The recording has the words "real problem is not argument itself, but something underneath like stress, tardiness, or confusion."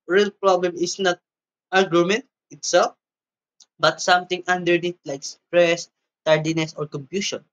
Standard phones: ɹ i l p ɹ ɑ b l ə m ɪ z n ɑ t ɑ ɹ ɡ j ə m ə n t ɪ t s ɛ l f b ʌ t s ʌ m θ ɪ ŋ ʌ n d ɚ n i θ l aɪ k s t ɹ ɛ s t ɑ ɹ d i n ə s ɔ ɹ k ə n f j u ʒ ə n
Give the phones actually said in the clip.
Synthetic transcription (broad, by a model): ɹ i l p ɹ ɑ b l ə m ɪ s n ɑ t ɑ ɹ ɡ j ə m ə n t ɪ t s ɛ l f b ʌ t s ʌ m t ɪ ŋ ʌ n d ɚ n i t l aɪ k s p ɹ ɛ s t ɑ ɹ d i n ə s ɔ ɹ k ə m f j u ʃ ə n